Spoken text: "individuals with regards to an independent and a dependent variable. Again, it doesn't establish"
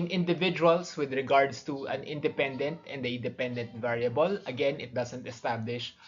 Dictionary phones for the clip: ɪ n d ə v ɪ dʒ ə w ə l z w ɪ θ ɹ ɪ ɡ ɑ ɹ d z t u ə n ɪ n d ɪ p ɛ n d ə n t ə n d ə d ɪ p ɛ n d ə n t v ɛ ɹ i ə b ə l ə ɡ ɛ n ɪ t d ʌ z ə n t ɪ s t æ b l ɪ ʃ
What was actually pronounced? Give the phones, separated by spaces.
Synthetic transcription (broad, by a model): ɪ n d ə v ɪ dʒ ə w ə l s w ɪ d ɹ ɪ ɡ ɑ ɹ d s t u ə n ɪ n d ɪ p ɛ n d ə n t ə n d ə d ɪ p ɛ n d ə n t v ɛ ɹ i ə b ə l ə ɡ ɛ n ɪ t d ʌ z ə n t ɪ s t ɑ b l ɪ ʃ